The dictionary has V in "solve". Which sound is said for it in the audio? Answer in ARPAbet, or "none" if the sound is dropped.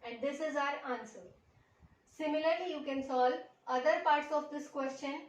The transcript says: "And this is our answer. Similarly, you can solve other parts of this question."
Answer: none